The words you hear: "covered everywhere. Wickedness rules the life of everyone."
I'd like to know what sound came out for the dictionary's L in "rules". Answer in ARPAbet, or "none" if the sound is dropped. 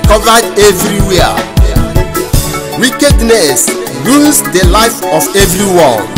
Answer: none